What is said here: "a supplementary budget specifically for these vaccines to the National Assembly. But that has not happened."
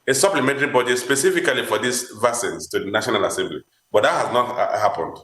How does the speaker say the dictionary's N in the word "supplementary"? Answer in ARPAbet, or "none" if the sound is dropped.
N